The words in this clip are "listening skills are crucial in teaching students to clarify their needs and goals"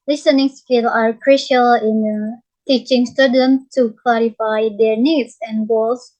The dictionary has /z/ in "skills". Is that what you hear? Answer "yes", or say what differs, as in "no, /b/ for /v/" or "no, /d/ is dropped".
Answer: no, /z/ is dropped